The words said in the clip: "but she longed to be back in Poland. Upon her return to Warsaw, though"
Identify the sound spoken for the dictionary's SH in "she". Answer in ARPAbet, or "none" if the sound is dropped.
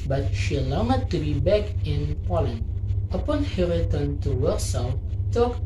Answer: SH